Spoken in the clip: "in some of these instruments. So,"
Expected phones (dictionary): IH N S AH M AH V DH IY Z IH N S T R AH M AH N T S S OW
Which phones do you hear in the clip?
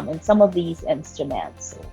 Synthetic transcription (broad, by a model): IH N S AH M AH V DH IY Z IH N S T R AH M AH N T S S